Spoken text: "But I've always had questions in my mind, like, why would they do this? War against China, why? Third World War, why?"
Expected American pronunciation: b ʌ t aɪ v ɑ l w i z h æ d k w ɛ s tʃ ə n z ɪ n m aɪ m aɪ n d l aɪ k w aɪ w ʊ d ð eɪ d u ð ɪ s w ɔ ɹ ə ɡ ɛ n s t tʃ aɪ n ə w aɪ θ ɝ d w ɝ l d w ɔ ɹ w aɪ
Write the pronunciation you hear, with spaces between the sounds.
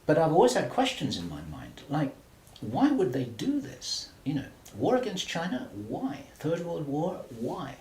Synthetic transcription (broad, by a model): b ʌ t aɪ v ɑ l w i z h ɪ d k w ɛ s tʃ ə n z ɪ n m aɪ m aɪ n d l aɪ k w aɪ w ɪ d ð eɪ d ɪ ð ɪ s w ɔ ɹ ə ɡ ɛ n s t tʃ aɪ n ə w aɪ θ ɝ d w ɝ l d w ɔ ɹ w aɪ